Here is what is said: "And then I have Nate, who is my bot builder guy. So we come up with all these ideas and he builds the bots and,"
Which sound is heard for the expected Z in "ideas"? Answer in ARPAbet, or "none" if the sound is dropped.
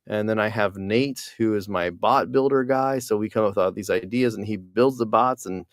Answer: Z